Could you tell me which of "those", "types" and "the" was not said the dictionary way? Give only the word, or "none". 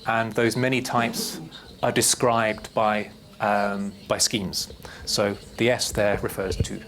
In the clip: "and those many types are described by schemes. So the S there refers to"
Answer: none